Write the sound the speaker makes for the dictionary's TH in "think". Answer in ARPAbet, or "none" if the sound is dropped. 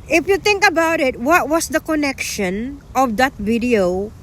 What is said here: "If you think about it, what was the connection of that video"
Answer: T